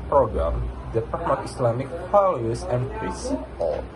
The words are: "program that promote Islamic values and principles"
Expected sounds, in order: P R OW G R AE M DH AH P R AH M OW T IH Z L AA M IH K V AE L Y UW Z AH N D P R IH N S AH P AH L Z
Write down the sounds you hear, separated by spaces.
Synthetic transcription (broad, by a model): P R OW G R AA M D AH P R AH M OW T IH S L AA M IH K F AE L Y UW S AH N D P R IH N S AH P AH L